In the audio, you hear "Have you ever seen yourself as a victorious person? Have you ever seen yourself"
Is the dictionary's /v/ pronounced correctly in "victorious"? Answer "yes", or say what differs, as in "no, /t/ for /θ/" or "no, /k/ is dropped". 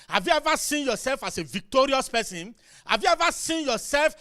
yes